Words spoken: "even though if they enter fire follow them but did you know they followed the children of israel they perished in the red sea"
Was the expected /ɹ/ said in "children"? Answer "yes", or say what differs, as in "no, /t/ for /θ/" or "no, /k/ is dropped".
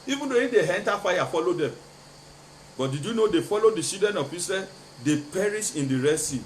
no, /ɹ/ is dropped